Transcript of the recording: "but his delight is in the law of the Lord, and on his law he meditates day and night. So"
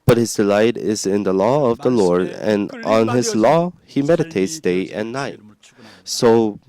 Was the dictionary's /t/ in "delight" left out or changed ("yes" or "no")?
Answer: no